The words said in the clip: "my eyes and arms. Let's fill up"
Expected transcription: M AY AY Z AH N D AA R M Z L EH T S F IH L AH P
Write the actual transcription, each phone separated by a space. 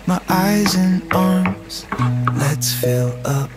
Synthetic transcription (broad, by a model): M AY AY Z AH N AA R M Z L EH T S F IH L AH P